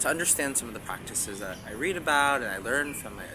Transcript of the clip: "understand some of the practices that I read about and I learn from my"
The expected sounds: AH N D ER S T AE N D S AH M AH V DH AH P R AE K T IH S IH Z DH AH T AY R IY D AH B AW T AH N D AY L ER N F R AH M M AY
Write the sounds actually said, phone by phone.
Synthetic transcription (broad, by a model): AH N D ER S T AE N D S AH M AH V DH AH P R AE K T IH S IH Z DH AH T AY R IY D AH B AW T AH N AY L ER N F R AH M M AY